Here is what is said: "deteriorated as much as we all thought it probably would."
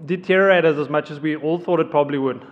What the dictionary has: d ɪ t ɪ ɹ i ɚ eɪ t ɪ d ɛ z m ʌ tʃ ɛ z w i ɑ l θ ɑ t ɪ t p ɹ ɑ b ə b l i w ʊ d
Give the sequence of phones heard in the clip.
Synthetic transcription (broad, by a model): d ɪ t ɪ ɹ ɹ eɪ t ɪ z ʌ z m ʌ tʃ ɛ z w i ɑ l θ ɑ t ɪ t p ɹ ɑ b ə b l i w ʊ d